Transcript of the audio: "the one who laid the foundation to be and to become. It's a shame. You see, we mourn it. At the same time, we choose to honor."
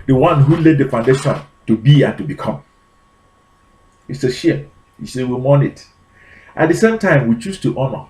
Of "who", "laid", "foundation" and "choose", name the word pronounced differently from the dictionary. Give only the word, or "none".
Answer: choose